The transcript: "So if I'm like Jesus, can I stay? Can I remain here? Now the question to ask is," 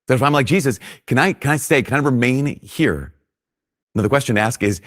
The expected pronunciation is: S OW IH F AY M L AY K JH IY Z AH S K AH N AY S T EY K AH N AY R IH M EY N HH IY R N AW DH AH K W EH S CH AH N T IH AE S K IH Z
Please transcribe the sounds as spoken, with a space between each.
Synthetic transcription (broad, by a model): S OW IH F AY M L AY K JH IY Z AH S K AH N AY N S EY K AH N AY R IH M EY N HH IY R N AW DH AH K W EH S CH AH N T IH AE S K IH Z